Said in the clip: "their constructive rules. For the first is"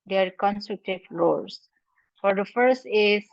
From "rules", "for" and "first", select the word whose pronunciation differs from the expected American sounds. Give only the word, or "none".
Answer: rules